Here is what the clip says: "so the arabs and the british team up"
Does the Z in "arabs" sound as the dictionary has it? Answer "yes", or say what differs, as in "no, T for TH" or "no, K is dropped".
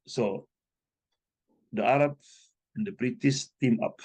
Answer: no, Z is dropped